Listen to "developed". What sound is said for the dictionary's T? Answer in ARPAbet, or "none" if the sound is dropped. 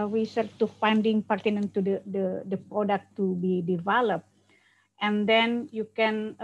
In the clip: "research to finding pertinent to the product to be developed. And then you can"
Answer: T